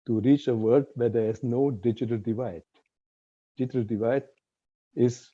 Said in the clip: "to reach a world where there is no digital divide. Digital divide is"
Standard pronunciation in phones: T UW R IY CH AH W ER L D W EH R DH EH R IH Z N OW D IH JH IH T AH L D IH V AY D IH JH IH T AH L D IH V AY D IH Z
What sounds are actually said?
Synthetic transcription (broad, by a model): T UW R IY CH AH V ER D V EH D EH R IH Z N OW D IH JH IH T AH L D IH V AY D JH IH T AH L D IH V AY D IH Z